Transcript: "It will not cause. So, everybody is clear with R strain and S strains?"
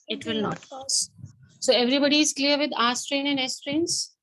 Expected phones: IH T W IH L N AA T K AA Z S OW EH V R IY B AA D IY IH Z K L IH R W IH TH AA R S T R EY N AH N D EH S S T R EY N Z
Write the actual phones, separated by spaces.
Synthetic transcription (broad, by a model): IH T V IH L N AA T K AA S S OW EH V R IY B AA D IY IH Z K L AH R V IH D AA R S T R EY N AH N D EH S S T R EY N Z